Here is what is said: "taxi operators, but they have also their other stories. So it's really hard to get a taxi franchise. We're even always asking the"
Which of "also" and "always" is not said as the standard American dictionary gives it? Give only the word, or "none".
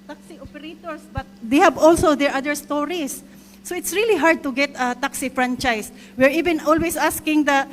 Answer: always